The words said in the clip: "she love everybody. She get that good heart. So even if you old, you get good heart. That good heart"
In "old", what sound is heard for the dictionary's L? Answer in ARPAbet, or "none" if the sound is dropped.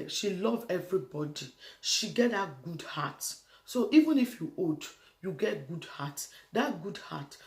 none